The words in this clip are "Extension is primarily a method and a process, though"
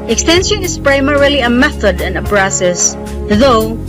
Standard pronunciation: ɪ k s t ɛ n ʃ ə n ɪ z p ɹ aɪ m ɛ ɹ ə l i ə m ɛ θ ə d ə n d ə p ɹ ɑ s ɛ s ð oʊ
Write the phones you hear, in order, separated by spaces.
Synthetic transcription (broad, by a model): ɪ k s t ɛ n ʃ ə n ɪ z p ɹ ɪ m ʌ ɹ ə l i ə m ɛ θ ə d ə n ə b ɹ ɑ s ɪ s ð oʊ